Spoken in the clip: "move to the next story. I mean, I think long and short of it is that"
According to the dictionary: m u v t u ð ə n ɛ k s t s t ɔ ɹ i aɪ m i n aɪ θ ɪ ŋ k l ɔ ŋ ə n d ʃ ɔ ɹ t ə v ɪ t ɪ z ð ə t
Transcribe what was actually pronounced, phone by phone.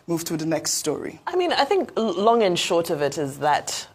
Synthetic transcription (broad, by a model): m u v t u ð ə n ɛ k s t s t ɔ ɹ i aɪ m i n aɪ θ ɪ ŋ k l ɔ ŋ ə n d ʃ ɔ ɹ t ə v ɪ t ɪ z ð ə t